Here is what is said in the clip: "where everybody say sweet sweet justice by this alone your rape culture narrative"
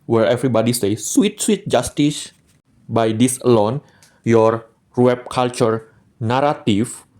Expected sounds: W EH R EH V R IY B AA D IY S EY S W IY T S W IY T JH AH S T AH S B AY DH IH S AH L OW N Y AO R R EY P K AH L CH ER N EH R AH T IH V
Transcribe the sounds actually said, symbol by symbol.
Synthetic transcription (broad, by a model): W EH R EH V R IY B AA D IY S EY S W IY T S W IY T JH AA S T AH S B AY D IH S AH L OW N Y AO R W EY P K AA L CH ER N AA R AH T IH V